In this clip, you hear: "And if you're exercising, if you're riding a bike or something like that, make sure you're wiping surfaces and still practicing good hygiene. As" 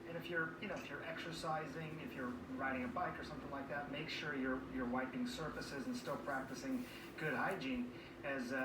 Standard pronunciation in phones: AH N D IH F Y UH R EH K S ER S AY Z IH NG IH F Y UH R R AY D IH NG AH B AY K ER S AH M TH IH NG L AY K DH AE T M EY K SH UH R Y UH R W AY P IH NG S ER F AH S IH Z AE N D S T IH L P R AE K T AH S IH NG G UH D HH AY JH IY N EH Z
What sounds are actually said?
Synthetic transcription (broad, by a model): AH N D IH F Y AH R EH K S ER S AY Z IH NG IH F Y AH R R AY D IH NG AH B AY K ER S AH M TH IH NG L AY K DH AE T M EY K SH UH R Y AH R W AY P IH NG S ER F AH S IH Z N S T IH L P R AE K T AH S IH NG G UH D HH AY JH IY N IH Z